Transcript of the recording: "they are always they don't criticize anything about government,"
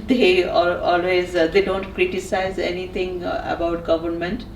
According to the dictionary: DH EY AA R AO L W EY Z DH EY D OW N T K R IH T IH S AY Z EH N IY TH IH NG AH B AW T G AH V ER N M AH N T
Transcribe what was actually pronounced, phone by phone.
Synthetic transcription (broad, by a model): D EY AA L AO L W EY Z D EY D OW N T K R IH T IH S AY Z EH N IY T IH NG AH B AW T G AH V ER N M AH N T